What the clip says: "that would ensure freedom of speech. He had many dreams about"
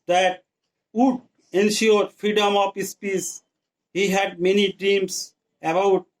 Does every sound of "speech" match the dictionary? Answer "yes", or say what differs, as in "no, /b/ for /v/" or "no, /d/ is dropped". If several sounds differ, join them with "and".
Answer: no, /s/ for /tʃ/